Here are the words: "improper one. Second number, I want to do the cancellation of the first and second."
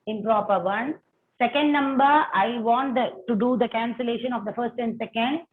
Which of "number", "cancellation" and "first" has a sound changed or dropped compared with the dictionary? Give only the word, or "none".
none